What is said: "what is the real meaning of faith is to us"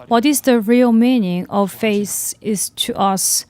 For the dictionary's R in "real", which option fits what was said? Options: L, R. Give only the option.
R